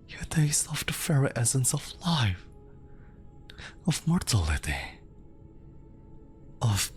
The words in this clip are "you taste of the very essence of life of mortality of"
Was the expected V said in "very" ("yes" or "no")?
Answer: no